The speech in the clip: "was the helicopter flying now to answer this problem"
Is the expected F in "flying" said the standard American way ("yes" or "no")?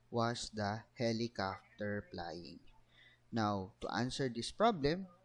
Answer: no